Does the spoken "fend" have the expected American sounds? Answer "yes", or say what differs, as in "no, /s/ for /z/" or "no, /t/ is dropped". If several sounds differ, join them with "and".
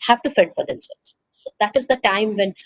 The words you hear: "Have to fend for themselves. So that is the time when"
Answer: no, /n/ is dropped